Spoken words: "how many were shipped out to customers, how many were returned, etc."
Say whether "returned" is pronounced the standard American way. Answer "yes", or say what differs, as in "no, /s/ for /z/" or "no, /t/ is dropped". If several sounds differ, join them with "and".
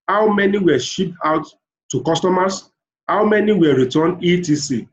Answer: no, /d/ is dropped